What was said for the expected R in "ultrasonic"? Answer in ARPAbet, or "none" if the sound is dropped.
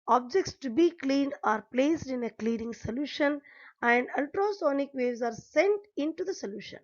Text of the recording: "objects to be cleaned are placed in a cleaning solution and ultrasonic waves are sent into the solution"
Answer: R